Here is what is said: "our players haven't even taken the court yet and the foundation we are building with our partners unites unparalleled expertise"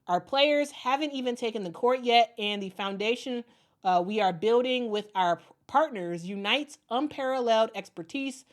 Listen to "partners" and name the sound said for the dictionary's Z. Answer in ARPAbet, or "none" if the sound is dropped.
Z